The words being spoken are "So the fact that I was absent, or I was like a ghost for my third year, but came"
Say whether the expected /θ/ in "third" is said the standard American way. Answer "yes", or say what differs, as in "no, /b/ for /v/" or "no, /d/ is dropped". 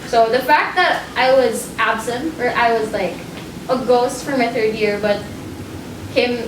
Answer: yes